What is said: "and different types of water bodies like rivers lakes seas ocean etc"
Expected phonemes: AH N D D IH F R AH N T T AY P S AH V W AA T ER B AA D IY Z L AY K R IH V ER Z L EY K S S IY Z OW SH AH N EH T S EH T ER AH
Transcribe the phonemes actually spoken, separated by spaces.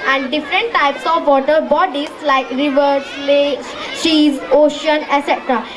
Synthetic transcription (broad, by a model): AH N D D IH F R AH N T T AY P S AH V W AA T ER B AA D IY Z L AY K R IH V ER S L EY S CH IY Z OW SH AH N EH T S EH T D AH